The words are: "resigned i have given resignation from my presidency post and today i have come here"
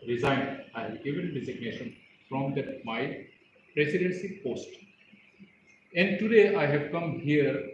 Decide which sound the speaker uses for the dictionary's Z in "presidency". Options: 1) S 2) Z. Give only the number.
1